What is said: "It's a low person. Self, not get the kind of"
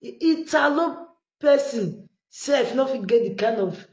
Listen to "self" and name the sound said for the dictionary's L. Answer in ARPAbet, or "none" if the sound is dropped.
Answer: none